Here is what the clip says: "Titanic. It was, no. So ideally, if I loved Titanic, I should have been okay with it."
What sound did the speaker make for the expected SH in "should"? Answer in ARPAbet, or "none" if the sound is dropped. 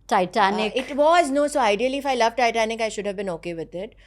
SH